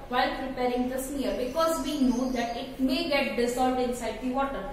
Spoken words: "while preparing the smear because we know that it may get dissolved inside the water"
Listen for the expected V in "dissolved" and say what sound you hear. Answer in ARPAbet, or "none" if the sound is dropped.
none